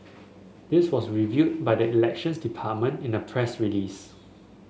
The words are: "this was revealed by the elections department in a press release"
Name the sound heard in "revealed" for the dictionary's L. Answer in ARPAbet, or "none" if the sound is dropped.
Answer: none